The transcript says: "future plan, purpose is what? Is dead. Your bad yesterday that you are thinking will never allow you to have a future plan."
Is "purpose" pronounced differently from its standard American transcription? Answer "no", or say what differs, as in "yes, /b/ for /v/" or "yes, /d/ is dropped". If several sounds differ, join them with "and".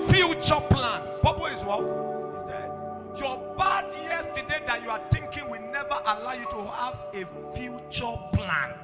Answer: yes, /b/ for /p/ and /b/ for /p/ and /s/ is dropped